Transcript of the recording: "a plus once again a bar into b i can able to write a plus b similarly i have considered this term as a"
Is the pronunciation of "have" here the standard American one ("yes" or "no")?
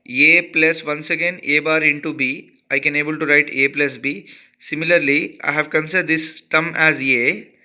yes